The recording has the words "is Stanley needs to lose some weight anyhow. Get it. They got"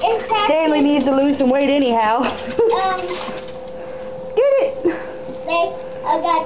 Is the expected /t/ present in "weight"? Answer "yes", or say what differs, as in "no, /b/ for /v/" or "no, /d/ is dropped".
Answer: yes